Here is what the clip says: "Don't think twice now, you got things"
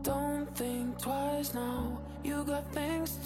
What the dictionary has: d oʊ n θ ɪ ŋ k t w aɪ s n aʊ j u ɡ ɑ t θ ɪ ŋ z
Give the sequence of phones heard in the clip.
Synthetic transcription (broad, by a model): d oʊ n θ ɪ ŋ k t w aɪ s n aʊ j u ɡ ɑ t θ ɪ ŋ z